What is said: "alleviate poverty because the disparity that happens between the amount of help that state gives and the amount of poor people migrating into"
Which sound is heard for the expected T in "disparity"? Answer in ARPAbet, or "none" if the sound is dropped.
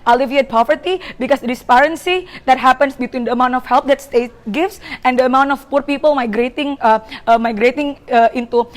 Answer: S